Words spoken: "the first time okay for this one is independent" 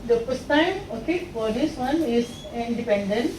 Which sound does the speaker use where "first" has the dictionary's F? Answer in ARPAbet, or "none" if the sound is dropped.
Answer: P